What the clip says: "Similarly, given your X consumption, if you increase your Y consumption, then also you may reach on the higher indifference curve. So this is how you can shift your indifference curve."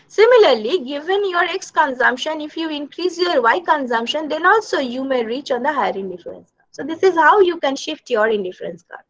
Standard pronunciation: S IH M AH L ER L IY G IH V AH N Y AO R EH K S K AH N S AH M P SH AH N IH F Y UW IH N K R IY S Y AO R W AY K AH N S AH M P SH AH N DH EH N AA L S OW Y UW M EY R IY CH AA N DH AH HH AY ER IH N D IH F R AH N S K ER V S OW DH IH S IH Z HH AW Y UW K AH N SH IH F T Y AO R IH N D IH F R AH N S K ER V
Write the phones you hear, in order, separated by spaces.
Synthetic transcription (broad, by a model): S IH M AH L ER L IY G IH V AH N Y AO R EH K S K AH N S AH M P SH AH N IH F Y UW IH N K R IY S Y AO R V AY K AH N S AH M P SH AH N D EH N AA L S OW Y UW M EY R IY CH AA N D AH HH AY ER IH N D IH F R AH N S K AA S OW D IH S IH Z HH AW Y UW K AH N SH IH F T Y AO R IH N D IH F R AH N S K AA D